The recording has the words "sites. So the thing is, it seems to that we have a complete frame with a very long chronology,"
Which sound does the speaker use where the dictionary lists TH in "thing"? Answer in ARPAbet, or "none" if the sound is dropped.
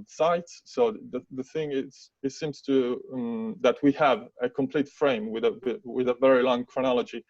TH